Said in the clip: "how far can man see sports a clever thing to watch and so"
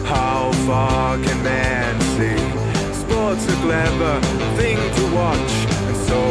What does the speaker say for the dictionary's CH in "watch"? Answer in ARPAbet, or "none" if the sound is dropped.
CH